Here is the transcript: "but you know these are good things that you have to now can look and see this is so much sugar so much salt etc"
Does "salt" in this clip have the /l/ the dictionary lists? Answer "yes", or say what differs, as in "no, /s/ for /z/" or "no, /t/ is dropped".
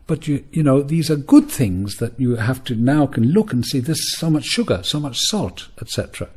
yes